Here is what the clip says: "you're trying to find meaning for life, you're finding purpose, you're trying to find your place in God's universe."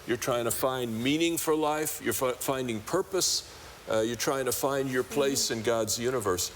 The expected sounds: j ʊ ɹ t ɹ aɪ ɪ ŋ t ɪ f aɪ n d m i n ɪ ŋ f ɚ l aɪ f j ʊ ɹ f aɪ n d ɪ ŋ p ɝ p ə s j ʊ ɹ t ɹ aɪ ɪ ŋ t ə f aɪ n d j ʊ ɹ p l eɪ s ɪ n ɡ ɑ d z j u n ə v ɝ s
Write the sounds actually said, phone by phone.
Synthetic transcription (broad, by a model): j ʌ ɹ t ɹ aɪ ɪ ŋ t ɪ f aɪ n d m i n ɪ ŋ f ɚ l aɪ f j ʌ ɹ f aɪ n d ɪ ŋ p ɝ p ə s j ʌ ɹ t ɹ aɪ ɪ ŋ t ə f aɪ n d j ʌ ɹ p l eɪ s ɪ n ɡ ɑ d z j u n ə v ɝ s